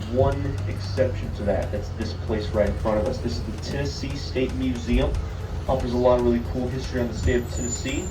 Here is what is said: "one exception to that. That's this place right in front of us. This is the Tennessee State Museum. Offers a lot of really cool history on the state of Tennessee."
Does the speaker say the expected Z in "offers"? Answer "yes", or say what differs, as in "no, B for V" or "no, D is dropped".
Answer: yes